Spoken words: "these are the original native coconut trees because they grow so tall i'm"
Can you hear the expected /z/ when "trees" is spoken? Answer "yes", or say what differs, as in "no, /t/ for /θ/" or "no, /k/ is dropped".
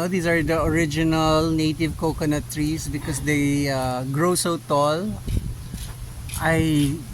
no, /s/ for /z/